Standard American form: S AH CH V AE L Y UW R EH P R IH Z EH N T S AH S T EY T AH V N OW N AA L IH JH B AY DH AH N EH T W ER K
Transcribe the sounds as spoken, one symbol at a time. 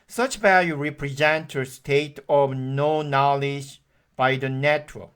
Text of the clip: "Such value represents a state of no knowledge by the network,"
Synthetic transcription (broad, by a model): S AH CH V AE L Y UW R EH P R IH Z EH N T AH S T EY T AH V N OW N AA L IH JH B AY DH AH N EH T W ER